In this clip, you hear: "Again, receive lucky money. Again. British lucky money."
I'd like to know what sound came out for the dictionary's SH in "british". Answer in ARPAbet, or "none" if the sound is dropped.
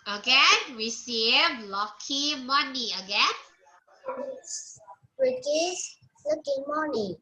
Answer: S